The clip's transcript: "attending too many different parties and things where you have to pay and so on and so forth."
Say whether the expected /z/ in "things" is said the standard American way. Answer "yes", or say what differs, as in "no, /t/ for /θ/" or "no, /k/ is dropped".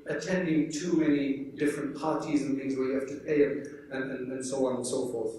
yes